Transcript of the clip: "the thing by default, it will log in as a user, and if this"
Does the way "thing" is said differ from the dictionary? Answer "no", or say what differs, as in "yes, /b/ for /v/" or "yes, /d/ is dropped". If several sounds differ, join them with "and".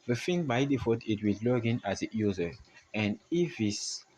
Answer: yes, /f/ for /θ/